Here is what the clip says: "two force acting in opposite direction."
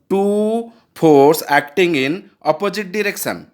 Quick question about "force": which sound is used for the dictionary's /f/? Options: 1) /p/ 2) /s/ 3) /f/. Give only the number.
1